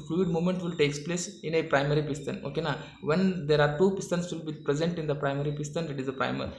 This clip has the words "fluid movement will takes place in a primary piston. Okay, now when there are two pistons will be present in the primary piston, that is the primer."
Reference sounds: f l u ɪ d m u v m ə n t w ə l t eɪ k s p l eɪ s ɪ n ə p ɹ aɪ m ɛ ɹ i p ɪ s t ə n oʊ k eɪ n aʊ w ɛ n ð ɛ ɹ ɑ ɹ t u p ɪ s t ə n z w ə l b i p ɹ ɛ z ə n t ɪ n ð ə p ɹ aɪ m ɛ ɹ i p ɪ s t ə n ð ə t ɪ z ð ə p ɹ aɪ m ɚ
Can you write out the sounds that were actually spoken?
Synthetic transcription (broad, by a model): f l u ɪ d m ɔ m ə n t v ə l t eɪ k s p l eɪ s ɪ n ə p ɹ aɪ m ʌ ɹ i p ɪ s t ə n oʊ k eɪ n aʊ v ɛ n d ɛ ɹ ɑ ɹ t u p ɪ s t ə n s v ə l b i p ɹ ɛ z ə n t ɪ n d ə p ɹ aɪ m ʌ ɹ i p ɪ s t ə n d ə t ɪ z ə p ɹ aɪ m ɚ